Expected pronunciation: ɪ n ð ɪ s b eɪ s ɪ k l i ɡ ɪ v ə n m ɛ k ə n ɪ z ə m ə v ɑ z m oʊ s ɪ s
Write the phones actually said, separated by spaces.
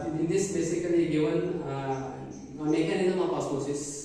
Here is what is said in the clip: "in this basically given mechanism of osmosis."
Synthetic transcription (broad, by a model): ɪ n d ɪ s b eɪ s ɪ k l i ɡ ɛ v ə n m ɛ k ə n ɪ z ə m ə p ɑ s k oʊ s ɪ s